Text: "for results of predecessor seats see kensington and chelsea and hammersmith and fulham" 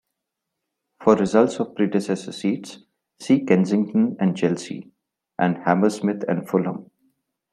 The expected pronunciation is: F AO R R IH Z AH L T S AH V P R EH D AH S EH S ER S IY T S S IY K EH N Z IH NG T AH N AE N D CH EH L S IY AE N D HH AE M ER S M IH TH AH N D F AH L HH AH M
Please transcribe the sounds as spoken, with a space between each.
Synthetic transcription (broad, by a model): F AO R R IH Z AH L T S AH V P R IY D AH S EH S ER S IY T S S IY K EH N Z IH NG T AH N AE N D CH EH L S IY AE N D HH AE M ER S M IH T AH N D F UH L HH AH M